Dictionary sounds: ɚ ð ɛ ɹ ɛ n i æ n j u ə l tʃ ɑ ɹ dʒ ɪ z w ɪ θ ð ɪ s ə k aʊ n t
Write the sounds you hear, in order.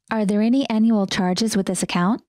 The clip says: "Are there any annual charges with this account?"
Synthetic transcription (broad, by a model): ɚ ð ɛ ɹ ɛ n i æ n j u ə l tʃ ɑ ɹ dʒ ɪ z w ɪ ð ɪ s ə k aʊ n t